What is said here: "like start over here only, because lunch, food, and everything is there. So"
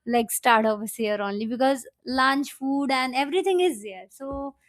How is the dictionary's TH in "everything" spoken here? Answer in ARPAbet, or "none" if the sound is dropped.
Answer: T